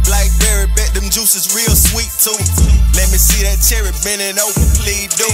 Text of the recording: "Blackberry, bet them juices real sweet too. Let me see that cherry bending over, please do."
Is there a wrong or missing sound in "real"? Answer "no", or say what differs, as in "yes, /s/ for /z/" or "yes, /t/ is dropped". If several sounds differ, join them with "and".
no